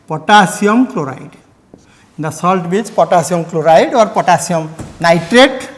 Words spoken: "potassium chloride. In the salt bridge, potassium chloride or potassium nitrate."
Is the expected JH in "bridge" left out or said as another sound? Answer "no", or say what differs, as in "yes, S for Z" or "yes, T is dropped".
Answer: yes, CH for JH